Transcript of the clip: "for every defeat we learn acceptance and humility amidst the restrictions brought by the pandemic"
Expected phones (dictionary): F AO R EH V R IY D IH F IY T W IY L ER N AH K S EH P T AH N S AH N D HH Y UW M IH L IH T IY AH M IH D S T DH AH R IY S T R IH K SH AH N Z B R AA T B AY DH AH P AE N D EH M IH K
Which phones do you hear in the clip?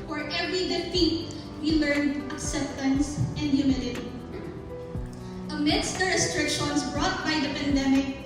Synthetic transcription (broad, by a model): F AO R EH V R IY D IH F IY T W IY L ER N AH K S EH P T AH N S AH N D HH Y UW M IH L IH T IY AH M IH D S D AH R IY S T R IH K SH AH N S B R AA T B AY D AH P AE N D EH M IH K